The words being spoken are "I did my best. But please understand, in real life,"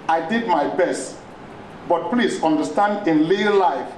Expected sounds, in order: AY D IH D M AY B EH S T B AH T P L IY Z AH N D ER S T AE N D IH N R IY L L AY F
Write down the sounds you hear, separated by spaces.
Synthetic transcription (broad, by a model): AY D IH D M AY B EH S T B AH T P L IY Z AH N D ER S T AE N D IH N L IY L L AY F